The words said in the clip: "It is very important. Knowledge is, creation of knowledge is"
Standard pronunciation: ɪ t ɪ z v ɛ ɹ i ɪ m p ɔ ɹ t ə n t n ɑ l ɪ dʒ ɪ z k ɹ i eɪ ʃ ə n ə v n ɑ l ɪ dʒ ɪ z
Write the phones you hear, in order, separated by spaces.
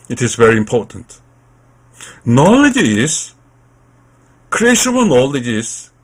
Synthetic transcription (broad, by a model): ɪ t ɪ z v ɛ ɹ i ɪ m p ɔ ɹ t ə n t n ɑ l ɪ dʒ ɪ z k ɹ i eɪ ʃ ə n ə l n ɑ l ɪ dʒ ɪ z